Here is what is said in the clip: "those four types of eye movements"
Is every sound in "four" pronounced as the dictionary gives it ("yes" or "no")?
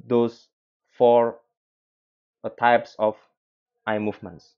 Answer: yes